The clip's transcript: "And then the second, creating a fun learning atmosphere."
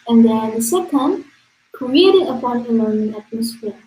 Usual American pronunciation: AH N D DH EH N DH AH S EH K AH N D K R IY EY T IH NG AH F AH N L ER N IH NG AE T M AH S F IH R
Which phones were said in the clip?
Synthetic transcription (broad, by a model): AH N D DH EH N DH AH S EH K AH N D K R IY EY T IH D AH P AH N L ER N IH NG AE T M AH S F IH